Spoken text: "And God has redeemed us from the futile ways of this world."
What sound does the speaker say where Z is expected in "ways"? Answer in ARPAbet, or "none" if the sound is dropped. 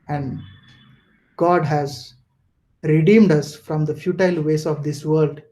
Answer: S